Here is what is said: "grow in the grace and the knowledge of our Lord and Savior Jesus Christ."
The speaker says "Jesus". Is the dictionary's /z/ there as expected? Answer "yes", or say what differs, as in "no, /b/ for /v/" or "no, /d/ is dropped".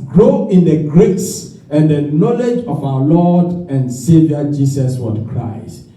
no, /s/ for /z/